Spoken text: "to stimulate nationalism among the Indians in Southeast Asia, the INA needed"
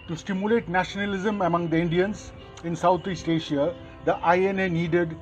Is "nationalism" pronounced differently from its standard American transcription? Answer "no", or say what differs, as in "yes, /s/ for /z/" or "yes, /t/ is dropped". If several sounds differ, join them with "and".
no